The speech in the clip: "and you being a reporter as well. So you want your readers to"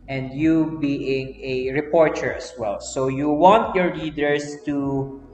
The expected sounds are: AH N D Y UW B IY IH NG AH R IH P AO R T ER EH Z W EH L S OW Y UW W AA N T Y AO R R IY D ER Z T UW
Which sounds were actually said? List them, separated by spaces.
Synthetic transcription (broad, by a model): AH N D Y UW B IY IH NG AH R IH P AO R T ER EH S W EH L S OW Y UW W AA N T Y AO R L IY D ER S T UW